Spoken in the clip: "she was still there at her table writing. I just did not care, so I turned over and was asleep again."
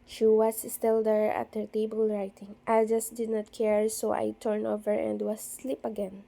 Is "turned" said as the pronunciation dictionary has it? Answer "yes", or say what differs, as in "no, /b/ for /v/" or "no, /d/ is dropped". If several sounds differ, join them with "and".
no, /d/ is dropped